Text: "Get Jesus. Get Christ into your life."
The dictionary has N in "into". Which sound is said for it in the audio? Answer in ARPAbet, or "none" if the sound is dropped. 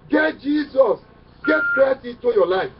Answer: none